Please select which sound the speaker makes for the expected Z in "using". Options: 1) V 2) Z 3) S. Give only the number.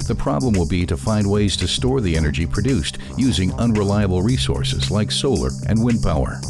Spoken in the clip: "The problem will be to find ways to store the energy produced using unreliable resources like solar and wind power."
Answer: 2